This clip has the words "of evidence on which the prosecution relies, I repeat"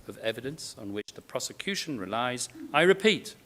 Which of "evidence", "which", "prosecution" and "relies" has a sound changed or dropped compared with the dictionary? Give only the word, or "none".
none